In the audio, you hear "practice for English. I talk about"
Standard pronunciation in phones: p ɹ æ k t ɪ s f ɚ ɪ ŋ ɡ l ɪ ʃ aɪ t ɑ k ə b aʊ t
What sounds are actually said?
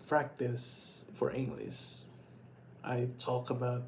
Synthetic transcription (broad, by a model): p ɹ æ k t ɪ s f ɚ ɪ ŋ ɡ l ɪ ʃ aɪ t ɑ k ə b aʊ t